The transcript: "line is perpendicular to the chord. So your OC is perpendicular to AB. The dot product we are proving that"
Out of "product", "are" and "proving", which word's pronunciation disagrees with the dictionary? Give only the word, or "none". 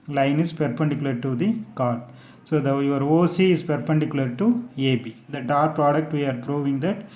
none